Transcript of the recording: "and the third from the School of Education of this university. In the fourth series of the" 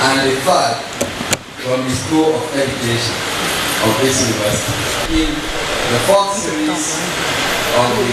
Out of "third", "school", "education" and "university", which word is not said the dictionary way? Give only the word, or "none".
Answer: third